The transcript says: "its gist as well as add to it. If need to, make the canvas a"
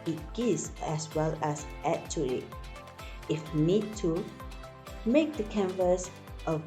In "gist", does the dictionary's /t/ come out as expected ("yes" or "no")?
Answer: no